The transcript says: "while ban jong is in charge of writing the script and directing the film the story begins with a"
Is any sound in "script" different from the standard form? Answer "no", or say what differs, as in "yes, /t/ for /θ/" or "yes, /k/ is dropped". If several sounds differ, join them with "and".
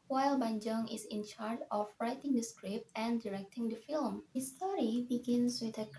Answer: no